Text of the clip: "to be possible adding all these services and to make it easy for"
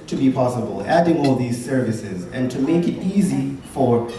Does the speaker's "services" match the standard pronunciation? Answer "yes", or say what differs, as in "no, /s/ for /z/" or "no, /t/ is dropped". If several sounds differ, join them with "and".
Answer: yes